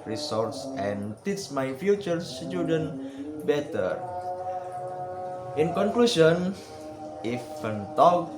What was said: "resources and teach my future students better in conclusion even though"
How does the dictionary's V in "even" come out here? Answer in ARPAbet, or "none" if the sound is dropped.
F